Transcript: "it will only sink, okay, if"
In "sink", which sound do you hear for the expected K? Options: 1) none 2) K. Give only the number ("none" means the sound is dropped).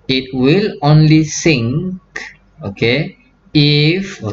2